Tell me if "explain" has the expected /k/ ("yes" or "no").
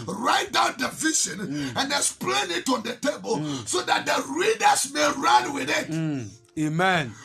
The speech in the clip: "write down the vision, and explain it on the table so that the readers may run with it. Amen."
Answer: no